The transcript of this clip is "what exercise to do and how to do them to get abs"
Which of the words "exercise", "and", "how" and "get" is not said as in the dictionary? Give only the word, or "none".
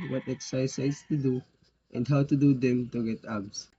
exercise